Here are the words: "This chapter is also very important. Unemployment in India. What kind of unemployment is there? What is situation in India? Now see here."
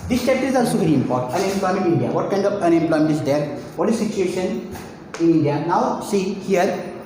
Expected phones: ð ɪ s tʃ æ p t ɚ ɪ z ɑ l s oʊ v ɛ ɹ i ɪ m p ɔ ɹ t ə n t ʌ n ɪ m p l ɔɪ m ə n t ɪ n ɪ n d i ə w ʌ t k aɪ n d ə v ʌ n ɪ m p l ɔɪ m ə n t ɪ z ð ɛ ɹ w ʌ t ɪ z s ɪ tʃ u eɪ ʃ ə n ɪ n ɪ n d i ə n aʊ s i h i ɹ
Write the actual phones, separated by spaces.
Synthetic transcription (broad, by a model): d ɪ s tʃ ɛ t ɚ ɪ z ɑ l s oʊ v ɛ ɹ i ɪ m p ɔ ɹ t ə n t ʌ n ɪ m p l ɔɪ m ə n t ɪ ɪ n d i ə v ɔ t k aɪ n d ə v ʌ n ɪ m p l ɔɪ m ə n t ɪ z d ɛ ɹ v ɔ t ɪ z s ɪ tʃ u eɪ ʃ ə n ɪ n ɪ n d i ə n aʊ s i h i ɹ